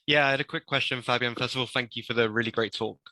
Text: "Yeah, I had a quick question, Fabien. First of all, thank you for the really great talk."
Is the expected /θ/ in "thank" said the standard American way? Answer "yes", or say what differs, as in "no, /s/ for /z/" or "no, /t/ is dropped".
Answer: yes